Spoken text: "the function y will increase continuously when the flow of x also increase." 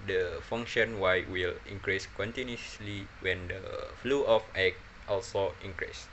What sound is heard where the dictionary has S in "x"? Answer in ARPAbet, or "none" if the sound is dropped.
none